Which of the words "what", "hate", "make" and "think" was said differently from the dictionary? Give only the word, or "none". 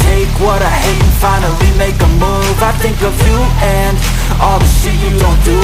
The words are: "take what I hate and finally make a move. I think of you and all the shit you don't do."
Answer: hate